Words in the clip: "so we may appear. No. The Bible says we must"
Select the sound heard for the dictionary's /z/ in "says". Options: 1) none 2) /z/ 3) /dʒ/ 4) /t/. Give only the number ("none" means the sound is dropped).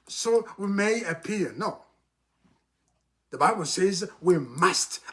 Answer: 2